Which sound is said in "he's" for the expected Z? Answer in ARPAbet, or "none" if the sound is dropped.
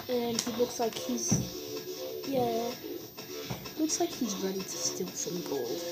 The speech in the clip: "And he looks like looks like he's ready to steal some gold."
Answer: Z